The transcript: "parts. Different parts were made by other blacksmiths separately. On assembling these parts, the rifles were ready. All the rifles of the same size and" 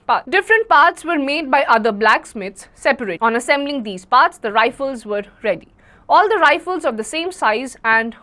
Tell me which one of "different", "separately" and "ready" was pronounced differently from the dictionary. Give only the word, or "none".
separately